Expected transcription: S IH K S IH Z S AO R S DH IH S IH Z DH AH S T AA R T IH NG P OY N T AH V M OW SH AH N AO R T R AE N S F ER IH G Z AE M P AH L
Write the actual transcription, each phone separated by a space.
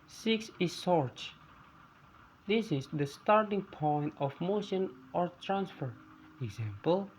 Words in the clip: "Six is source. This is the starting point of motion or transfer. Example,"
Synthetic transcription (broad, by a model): S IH K S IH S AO R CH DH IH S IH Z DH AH S T AA R T IH NG P OY N T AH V M OW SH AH N AO R T R AE N S F ER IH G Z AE M P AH L